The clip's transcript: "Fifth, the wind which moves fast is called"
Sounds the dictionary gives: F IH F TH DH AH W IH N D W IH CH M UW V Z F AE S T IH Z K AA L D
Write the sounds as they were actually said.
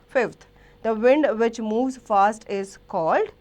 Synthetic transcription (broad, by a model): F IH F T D AH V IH N D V IH CH M UW V Z F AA S T IH Z K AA L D